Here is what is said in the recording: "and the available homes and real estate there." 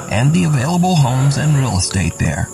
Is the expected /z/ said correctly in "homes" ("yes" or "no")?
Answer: yes